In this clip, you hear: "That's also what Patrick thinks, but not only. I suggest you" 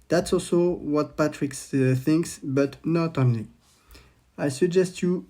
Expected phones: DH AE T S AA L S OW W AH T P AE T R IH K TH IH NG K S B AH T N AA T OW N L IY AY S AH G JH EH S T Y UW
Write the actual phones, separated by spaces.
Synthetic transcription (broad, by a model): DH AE T S AA L S OW W AH T P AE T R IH K TH IH NG K S B AH T N AA T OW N L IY AY S AH G JH EH S T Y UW